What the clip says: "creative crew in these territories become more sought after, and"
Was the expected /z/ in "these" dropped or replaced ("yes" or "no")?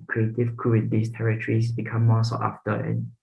yes